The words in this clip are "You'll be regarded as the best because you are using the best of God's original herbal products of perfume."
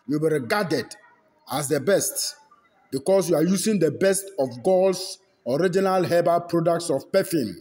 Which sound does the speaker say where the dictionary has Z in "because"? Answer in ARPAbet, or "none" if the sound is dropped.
S